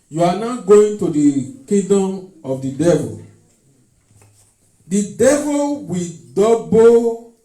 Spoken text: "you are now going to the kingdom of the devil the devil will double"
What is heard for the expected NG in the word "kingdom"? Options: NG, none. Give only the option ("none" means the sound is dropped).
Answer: none